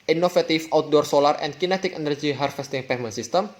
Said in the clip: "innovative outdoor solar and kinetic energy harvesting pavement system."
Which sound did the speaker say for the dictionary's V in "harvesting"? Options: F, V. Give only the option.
F